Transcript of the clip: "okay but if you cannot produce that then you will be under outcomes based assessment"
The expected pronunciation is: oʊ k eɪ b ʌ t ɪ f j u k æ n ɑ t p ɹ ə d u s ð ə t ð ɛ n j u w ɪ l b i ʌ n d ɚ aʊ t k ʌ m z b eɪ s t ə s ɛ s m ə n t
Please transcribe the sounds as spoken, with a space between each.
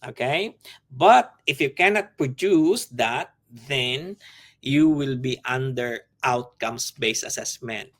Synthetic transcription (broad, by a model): oʊ k eɪ b ʌ t ɪ f j u k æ n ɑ t p ɹ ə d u s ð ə t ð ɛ n j u w ɪ l b i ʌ n d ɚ aʊ t k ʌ m s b eɪ s ə s ɛ s m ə n t